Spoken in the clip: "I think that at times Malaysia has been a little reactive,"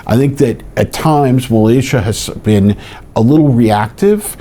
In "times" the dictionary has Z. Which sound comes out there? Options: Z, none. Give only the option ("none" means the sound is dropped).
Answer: Z